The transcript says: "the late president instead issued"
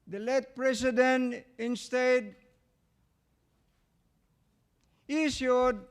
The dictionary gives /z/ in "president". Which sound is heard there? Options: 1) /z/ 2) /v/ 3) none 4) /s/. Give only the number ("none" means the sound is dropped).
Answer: 4